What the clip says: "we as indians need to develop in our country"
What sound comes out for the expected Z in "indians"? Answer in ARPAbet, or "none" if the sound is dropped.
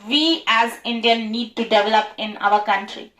none